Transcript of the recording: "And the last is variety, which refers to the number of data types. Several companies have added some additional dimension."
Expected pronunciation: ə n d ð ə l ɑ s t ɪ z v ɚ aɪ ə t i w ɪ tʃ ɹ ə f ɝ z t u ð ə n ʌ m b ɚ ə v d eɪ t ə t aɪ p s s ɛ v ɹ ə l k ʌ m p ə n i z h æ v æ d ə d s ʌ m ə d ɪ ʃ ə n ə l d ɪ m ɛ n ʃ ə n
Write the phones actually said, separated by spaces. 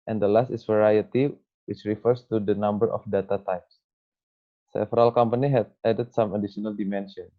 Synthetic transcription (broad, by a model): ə n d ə l ɑ s t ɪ s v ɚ aɪ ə t i w ɪ tʃ ɹ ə f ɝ s t u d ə n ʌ m b ɚ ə f d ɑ t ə t aɪ p s s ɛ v ɹ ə l k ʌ m p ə n i h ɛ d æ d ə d s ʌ m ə d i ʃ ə n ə l d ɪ m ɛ n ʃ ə n